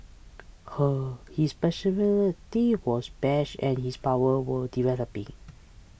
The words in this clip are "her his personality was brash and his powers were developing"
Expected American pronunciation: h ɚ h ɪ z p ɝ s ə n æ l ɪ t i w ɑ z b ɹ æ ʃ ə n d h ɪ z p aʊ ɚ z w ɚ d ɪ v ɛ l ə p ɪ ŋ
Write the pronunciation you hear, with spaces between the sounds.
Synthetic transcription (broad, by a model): h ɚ h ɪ s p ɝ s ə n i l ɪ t i w ɑ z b ɛ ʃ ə n h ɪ s p aʊ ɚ w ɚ d ɪ v ɛ l ə p ɪ ŋ